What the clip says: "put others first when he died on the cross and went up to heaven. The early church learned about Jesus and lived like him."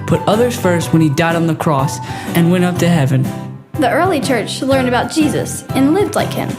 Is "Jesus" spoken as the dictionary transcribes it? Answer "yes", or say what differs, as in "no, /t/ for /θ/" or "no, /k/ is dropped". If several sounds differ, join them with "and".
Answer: yes